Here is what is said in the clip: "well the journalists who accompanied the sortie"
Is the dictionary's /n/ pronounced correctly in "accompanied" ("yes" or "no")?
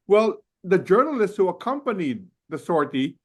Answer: yes